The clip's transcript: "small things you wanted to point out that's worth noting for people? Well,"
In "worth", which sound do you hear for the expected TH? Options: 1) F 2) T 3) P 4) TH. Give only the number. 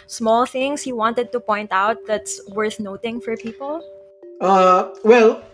4